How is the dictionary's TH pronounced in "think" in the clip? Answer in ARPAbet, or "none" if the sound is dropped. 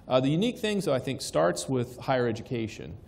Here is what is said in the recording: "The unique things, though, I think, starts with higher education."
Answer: TH